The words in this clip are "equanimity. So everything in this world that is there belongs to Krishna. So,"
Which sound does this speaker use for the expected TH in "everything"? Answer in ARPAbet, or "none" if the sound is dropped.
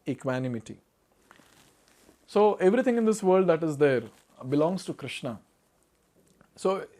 T